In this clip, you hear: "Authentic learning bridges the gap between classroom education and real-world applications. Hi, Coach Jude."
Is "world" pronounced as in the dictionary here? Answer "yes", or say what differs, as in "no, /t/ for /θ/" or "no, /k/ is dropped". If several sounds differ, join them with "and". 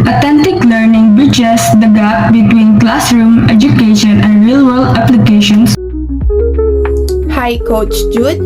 no, /d/ is dropped